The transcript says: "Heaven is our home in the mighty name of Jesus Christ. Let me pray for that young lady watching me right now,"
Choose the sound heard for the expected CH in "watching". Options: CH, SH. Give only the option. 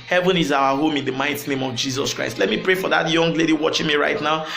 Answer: CH